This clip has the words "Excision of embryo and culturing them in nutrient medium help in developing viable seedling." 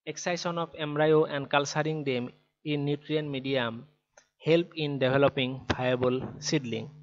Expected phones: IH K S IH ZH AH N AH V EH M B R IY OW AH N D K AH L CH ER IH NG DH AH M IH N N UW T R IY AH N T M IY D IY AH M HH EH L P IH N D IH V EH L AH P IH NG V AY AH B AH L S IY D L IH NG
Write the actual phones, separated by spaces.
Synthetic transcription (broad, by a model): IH K S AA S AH N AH P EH M R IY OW AH N D K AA L S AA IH NG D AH M IH N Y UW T R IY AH N M IY D IY AH M HH EH L P IH N D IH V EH L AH P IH NG B AY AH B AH L S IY D L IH NG